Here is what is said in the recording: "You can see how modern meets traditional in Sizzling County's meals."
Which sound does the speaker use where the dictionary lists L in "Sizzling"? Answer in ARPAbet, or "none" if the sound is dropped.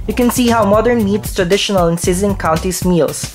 none